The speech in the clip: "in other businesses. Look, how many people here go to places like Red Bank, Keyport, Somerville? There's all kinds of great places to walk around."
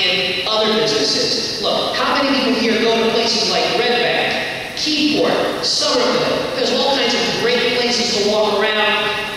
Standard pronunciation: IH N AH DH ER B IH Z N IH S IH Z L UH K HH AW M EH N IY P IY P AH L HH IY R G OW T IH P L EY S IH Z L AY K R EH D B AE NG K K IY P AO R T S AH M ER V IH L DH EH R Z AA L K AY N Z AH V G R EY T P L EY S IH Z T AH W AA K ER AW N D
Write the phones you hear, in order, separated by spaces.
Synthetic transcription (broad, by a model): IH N AH DH ER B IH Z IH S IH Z L UH K HH AW M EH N IY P IY P L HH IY R G OW T IH P L EY S IH Z L AY K R EH D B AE K K IY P AO R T S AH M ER B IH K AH Z AA L K AY N Z AH V G R EY T P L EY S IH Z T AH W AA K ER AW N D